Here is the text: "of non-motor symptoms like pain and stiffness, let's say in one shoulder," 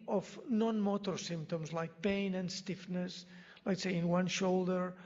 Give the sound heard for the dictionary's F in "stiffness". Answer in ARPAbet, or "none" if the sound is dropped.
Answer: F